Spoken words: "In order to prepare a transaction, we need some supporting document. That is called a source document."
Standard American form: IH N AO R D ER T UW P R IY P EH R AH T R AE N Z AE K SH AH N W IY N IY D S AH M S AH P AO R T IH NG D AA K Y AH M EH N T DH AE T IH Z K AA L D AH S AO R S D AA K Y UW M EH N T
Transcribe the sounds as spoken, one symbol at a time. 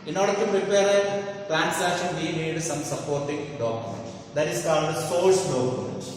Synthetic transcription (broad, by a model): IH N AO R D ER T UW P R IY P EH R AH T R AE N S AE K SH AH N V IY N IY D S AH M S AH P AO R T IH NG D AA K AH M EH N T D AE T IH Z K AA L D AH S AO L S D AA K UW M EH N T